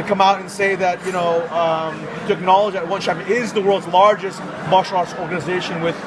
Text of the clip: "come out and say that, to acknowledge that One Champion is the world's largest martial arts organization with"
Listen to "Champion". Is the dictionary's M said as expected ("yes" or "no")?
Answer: no